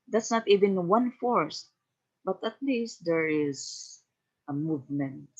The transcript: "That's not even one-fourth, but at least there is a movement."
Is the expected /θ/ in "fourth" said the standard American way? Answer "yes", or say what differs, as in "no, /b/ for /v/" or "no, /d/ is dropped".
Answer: no, /s/ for /θ/